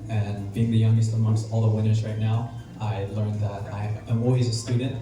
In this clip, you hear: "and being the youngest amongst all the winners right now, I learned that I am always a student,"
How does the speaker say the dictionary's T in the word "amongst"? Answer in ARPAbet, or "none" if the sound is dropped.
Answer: none